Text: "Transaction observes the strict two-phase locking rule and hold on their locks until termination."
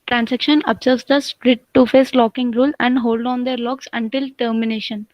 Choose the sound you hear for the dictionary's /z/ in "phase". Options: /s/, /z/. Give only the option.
/s/